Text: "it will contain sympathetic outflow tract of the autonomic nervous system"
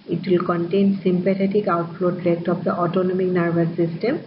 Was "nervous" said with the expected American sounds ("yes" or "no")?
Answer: no